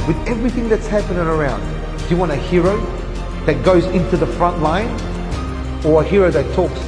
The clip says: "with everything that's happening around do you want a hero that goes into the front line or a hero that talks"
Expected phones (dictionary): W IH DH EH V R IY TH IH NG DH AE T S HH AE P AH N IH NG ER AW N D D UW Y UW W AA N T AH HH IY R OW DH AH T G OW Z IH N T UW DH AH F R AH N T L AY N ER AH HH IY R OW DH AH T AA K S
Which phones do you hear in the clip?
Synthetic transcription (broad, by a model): W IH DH EH V R IY TH IH NG DH AE T S HH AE P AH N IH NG ER AW N D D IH Y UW W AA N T AH HH IY R OW DH AH T G OW Z IH N T UW DH AH F R AH N T L AY N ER AH HH IY R OW DH AH T AA K S